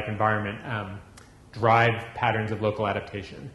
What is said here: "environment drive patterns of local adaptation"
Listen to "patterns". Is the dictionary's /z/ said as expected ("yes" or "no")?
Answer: yes